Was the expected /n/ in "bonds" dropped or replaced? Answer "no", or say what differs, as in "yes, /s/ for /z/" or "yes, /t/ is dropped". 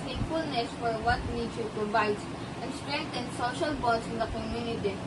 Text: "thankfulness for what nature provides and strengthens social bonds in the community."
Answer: yes, /n/ is dropped